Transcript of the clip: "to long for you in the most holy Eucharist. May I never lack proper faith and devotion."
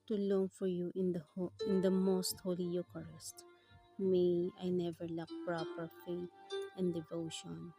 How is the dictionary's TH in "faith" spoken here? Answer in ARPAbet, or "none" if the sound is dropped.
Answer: T